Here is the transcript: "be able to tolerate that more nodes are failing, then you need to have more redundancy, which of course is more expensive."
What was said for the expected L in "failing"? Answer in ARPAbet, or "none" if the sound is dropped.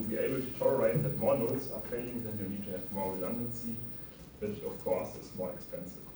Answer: none